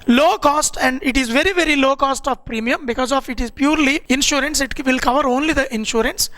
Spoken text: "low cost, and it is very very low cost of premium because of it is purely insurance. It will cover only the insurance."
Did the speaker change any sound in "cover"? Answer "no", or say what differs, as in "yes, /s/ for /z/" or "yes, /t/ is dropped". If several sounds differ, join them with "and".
no